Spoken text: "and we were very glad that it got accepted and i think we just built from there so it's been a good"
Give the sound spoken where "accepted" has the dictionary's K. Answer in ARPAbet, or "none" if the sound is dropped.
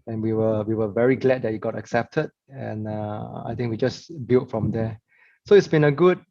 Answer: K